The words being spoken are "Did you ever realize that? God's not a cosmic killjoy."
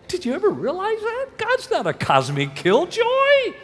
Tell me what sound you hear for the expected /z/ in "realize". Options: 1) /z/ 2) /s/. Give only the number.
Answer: 1